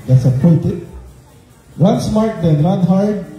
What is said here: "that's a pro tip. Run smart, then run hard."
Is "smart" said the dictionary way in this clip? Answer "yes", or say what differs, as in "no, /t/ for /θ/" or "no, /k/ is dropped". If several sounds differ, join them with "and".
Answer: yes